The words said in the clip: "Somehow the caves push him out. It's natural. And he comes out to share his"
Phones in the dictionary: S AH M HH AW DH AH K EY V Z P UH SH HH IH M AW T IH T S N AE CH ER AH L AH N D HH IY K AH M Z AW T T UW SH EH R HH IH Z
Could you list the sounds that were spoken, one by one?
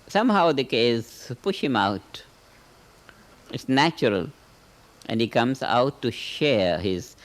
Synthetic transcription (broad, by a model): S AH M HH AW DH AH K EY Z P UH SH HH IH M AW T IH T S N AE CH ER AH L AH N D HH IY K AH M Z AW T T UW SH EH R HH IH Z